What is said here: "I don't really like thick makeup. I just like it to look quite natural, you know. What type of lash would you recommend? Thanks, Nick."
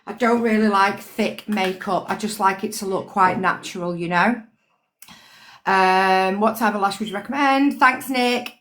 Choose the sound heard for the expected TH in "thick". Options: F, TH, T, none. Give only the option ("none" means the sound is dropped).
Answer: TH